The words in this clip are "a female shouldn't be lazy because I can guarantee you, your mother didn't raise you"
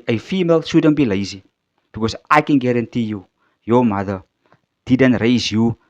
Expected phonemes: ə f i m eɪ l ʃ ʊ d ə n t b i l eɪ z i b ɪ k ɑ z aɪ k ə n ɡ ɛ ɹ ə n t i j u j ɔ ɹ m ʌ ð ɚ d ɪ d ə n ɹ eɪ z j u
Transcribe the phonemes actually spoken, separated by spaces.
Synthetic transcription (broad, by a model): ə f i m eɪ l s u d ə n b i l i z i b ɪ k ɑ z aɪ k ə n ɡ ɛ ɹ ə n t i j u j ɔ m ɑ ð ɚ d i d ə n ɹ eɪ z j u